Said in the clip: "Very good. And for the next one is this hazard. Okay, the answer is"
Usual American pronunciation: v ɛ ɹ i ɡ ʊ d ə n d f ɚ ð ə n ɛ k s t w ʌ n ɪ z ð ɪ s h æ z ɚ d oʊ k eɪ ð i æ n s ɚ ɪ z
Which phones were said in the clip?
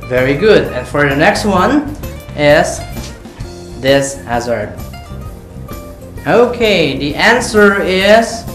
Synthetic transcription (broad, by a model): v ɛ ɹ i ɡ ʊ d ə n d f ɚ ð ə n ɛ k s t w ʌ n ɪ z ð ɪ s h æ z ɚ d oʊ k eɪ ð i æ n s ɚ ɪ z